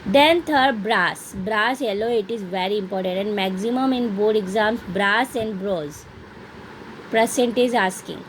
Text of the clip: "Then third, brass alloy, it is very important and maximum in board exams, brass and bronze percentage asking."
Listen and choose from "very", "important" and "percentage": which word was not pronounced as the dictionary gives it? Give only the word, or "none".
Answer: percentage